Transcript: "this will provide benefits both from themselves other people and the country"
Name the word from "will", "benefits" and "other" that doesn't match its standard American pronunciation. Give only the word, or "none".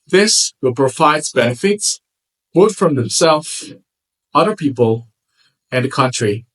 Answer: none